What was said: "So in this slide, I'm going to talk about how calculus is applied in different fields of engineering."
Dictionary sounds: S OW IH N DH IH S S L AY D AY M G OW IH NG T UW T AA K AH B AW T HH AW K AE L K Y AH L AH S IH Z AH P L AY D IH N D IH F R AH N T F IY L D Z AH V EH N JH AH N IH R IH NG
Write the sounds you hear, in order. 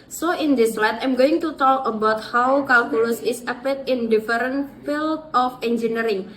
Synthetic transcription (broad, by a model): S OW IH N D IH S S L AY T AY M G OW IH NG T UW T AA K AH B AW T HH AW K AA L K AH L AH S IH S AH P IH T IH N D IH F R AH N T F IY L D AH F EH N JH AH N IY R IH NG